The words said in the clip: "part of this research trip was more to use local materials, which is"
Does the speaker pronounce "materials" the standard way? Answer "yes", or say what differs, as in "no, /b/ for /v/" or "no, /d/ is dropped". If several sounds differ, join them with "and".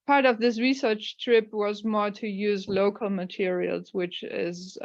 yes